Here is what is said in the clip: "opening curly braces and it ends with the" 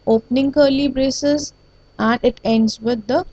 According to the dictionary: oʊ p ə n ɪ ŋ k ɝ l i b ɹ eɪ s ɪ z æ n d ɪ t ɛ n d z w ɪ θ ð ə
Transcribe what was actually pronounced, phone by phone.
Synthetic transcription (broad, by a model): oʊ p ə n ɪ ŋ k ɝ l i b ɹ eɪ s ɪ z æ n d ɪ t ɛ n d z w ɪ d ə